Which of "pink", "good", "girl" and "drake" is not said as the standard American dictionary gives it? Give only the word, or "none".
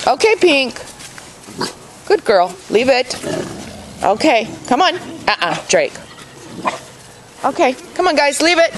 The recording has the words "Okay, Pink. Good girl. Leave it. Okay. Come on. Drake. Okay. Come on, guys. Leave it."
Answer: none